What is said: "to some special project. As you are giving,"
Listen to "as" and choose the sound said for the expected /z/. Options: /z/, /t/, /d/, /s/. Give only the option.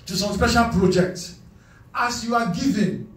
/s/